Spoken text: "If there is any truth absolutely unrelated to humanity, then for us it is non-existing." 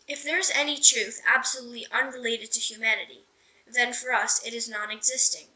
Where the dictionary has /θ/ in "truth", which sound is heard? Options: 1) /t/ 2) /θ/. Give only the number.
2